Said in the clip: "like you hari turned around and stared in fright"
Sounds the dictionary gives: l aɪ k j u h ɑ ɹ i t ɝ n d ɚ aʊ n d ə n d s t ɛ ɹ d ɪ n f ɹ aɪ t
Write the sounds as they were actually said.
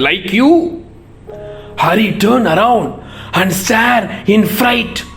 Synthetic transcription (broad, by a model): l aɪ k j u h ɑ ɹ i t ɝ n ɚ aʊ n d ə n d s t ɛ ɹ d ɪ n f ɹ aɪ t